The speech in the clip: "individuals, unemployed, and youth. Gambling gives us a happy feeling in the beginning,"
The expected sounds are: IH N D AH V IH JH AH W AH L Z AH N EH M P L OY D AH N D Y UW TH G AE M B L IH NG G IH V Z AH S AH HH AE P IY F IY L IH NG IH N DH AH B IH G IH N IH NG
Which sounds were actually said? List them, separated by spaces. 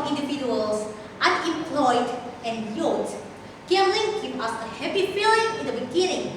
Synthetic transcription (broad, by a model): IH N D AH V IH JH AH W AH L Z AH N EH M P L OY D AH N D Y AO T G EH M L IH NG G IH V AH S AH HH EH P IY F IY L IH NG IH N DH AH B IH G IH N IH NG